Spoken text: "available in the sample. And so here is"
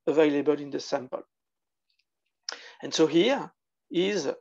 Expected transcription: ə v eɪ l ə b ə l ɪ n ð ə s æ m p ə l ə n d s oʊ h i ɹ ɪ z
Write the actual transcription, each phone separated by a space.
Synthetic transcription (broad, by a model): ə v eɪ l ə b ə l ɪ n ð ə s æ m p ə l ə n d s oʊ h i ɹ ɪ z